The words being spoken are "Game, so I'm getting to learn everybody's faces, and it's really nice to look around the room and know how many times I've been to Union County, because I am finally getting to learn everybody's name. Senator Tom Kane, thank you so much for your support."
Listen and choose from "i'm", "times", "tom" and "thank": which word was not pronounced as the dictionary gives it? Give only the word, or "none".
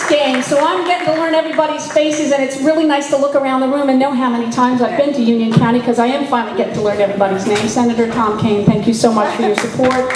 none